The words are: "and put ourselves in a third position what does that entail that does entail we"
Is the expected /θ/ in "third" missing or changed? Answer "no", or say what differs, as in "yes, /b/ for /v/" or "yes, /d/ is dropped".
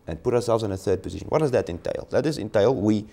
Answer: no